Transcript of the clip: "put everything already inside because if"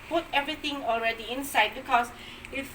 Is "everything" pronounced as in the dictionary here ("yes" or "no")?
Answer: no